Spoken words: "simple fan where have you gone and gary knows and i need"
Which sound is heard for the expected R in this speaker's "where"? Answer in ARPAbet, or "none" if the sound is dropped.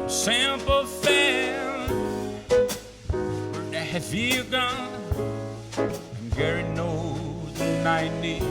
L